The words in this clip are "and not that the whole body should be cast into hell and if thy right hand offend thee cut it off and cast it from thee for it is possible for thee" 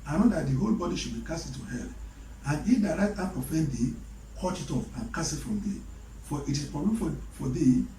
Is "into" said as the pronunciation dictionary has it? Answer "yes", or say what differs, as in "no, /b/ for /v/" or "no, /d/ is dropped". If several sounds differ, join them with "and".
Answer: no, /n/ is dropped